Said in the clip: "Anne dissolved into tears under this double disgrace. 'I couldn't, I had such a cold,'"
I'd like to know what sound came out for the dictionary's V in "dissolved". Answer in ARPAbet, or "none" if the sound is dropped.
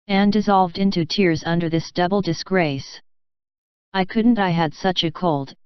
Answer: V